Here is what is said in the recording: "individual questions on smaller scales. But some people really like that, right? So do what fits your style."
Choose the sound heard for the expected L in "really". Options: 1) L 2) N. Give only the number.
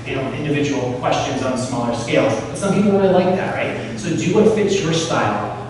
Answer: 2